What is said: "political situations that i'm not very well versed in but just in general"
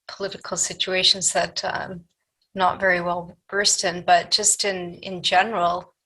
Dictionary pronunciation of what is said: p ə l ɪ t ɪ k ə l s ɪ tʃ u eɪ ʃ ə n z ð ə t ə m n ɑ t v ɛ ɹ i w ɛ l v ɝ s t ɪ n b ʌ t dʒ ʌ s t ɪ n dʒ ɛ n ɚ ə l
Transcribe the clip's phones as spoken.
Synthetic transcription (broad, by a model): p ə l ɪ t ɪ k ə l s ɪ tʃ u eɪ ʃ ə n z ð ə t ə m n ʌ t v ɛ ɹ i w ɛ l b ɝ s t ɪ n b ʌ t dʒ ʌ s t ɪ n dʒ ɛ n ɚ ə l